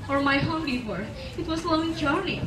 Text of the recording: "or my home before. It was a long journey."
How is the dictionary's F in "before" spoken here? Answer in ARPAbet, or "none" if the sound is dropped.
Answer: P